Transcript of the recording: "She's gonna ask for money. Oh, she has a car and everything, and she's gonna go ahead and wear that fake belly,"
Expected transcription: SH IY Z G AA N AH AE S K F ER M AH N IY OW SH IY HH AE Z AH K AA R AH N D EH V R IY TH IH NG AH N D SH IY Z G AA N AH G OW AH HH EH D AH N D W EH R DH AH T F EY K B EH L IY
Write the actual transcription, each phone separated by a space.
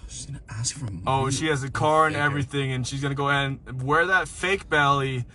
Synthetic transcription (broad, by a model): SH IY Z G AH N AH AE S K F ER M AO IY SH SH IY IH Z AH K AA R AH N EH V R IY TH IH NG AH N SH IY Z G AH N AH G OW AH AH N W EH R DH AH T F EY K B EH L IY